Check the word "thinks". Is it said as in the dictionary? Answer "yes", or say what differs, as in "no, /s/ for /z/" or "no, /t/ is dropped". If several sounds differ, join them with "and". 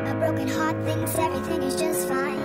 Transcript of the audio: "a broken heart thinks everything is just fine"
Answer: no, /k/ is dropped